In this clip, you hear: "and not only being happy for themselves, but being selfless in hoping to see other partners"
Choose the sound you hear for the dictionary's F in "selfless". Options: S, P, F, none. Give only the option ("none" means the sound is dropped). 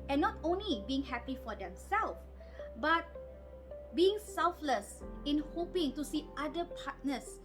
F